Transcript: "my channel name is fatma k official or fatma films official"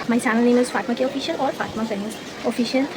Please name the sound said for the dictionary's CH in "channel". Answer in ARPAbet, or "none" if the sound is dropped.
S